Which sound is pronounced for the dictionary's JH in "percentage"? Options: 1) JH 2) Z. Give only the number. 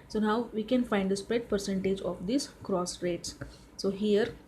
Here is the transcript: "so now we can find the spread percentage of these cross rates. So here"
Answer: 1